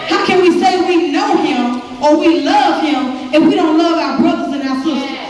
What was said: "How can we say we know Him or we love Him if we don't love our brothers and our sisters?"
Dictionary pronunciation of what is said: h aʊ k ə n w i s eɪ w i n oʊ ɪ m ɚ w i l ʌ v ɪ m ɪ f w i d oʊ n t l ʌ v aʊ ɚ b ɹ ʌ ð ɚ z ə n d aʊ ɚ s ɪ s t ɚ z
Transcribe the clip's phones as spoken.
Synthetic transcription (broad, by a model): h aʊ k ə n w i s eɪ w i n oʊ ɪ m ɚ w i l ʌ v ɪ m ɪ f w i d oʊ n t l ʌ v aʊ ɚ b ɹ ʌ ð ɚ z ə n aʊ ɚ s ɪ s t